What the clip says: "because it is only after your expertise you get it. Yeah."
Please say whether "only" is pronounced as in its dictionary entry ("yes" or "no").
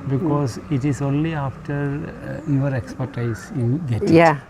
yes